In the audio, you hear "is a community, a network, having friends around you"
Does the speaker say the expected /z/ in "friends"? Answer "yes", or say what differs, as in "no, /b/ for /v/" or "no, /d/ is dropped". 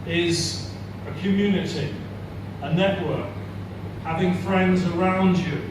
yes